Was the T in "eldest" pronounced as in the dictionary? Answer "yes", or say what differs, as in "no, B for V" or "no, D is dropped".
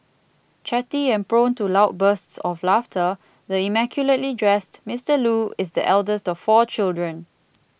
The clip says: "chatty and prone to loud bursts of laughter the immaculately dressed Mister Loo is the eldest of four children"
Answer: yes